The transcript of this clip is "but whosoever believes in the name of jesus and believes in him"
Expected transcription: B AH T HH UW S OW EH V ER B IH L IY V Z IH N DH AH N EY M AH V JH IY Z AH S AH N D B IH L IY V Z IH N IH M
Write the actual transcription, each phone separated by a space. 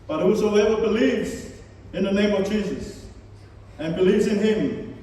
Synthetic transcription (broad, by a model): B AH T HH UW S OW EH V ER B IH L IY V Z IH N DH AH N EY M AH V JH IY Z AH S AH N B IH L IY V Z IH N IH M